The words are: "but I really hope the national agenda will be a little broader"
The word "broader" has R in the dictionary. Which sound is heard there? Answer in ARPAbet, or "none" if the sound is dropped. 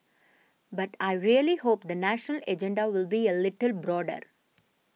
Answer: R